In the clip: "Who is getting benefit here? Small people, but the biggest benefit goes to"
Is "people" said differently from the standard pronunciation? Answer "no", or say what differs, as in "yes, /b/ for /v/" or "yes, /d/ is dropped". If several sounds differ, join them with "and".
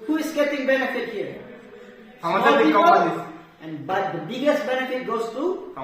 yes, /p/ is dropped and /n/ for /l/